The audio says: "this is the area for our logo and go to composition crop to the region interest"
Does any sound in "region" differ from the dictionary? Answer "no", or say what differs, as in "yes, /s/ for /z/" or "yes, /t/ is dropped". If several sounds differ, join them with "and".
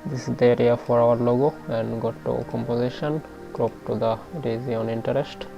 yes, /z/ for /dʒ/